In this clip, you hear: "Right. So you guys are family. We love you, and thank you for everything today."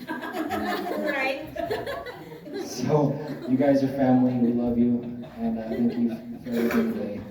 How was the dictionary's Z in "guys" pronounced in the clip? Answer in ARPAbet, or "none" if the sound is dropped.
Z